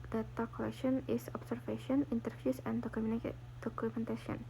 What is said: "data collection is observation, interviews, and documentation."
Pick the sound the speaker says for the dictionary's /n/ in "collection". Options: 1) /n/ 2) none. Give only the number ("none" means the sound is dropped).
1